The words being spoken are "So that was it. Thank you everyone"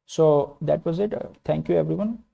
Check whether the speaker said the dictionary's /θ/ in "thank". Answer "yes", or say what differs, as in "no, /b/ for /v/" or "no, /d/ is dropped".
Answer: no, /t/ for /θ/